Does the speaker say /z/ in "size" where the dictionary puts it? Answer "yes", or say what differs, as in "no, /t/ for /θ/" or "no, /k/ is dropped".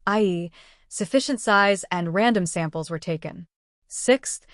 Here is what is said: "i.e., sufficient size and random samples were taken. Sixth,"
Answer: yes